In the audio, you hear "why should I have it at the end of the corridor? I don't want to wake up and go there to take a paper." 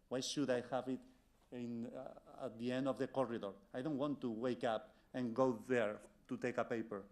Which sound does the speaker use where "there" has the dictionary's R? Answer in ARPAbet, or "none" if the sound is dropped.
R